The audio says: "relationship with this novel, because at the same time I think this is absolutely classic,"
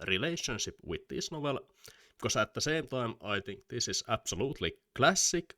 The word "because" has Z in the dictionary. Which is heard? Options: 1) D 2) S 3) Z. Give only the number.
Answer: 2